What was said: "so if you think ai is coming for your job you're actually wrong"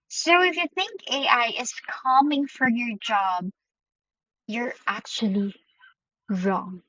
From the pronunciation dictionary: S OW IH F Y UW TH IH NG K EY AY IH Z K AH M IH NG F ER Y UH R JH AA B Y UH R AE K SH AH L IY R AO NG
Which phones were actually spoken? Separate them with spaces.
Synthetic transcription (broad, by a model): S OW IH F Y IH TH IH NG K EY AY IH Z K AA M IH NG F ER Y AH R JH AA B Y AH R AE K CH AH L IY R AO NG